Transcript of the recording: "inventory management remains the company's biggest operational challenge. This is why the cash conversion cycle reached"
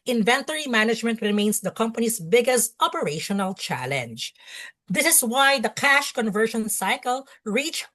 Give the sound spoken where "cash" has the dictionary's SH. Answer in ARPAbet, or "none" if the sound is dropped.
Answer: SH